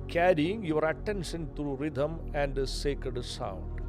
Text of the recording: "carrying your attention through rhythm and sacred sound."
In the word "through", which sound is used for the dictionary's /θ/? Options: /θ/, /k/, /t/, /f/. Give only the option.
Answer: /t/